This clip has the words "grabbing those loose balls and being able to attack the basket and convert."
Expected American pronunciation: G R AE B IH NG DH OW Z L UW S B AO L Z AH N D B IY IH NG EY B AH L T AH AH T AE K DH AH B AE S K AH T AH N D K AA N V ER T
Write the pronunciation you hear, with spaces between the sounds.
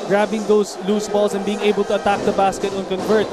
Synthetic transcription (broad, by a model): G R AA B IH NG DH OW S L UW S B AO L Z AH N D B IY IH NG EY B AH L T AH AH T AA K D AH B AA S K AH T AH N K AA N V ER T